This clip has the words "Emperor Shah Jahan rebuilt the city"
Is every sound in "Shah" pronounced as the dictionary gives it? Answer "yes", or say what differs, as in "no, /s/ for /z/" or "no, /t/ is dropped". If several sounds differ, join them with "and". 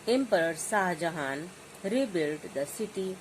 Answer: no, /s/ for /ʃ/